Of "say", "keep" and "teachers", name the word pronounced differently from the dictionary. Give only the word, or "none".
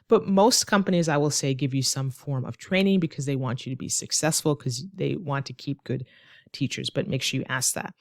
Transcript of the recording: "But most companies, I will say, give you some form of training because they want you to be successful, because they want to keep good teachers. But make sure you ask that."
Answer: none